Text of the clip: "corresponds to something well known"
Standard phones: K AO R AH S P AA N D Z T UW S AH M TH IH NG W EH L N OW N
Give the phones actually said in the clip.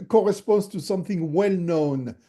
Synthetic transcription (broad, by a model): K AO R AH S P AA N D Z T UW S AH M TH IH NG W EH L N OW N